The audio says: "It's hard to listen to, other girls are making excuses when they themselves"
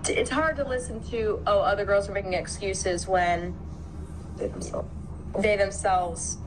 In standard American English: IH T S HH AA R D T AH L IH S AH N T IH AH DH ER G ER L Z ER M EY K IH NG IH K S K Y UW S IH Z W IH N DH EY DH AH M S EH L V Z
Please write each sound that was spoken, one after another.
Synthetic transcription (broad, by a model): IH T S HH AA R D T AH L IH S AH N T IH AH DH ER G ER L Z ER M EY K IH NG IH K S K Y UW S IH Z W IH N DH EY DH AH M S EH L V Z